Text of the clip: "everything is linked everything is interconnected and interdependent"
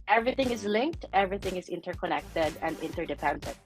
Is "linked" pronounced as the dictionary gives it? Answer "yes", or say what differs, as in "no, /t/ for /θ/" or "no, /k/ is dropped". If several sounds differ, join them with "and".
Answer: yes